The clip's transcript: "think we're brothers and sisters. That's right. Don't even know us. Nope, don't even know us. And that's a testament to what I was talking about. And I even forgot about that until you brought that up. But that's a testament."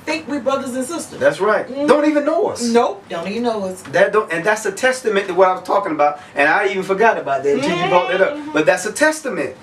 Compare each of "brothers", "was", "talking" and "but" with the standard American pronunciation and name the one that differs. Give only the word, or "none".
none